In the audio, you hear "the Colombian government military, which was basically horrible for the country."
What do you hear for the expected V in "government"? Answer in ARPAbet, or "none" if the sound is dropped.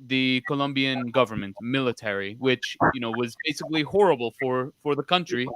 V